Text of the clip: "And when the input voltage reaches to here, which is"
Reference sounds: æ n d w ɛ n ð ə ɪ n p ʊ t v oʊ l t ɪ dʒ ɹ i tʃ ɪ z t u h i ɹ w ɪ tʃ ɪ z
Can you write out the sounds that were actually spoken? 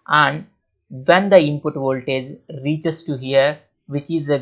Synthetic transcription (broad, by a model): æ n d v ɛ n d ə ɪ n p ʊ t v oʊ l t ɪ dʒ ɹ i tʃ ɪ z t u h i ɹ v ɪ tʃ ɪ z